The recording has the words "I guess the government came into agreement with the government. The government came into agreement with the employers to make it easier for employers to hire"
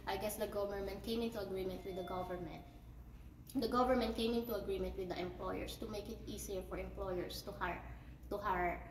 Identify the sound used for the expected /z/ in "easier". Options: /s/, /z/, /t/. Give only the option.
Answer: /s/